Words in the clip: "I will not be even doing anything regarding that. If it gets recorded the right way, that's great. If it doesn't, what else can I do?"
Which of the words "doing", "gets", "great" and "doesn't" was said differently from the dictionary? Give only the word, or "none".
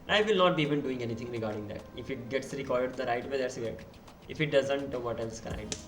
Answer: great